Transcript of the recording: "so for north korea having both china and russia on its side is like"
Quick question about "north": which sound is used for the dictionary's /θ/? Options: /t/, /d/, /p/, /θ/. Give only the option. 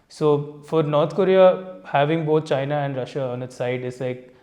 /t/